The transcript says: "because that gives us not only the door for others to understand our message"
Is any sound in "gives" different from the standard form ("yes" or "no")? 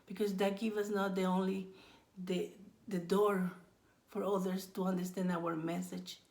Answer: yes